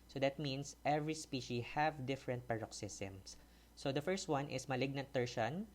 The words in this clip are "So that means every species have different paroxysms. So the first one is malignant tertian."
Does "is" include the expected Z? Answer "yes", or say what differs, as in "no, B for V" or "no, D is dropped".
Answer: no, S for Z